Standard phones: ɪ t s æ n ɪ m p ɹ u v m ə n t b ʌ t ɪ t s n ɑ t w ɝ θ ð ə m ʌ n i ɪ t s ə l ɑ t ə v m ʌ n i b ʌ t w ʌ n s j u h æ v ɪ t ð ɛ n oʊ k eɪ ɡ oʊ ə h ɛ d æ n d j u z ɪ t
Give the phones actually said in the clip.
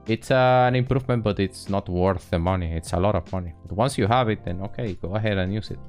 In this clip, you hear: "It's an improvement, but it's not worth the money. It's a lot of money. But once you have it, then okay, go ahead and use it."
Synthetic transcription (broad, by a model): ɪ t s æ n ɪ m p ɹ u v m ə n t b ʌ t ɪ t s n ɑ t w ɝ θ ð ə m ʌ n i ɪ t s ə l ɑ t ə v m ʌ n i b ʌ t w ʌ n s j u h æ v ɪ t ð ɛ n oʊ k eɪ ɡ oʊ ə h ɛ d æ n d j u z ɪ t